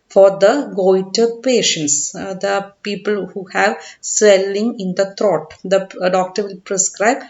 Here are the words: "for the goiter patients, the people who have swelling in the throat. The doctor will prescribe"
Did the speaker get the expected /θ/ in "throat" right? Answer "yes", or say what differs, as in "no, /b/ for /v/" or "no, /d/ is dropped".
no, /t/ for /θ/